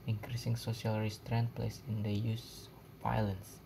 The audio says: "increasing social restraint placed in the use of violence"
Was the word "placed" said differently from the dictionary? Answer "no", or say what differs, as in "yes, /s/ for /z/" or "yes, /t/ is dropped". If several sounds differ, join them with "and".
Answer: yes, /t/ is dropped